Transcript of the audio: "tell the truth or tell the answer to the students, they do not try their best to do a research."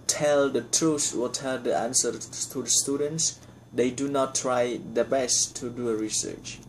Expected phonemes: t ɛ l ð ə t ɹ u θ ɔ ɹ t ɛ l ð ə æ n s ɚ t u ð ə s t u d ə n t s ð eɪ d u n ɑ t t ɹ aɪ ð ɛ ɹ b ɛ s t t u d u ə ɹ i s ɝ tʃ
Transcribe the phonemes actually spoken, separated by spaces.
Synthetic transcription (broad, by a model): t ɛ l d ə t ɹ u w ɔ l t ɛ l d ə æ n s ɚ t u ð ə s t u d ə n t s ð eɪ d u n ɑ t t ɹ aɪ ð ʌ b ɛ s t t u d u ə ɹ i s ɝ tʃ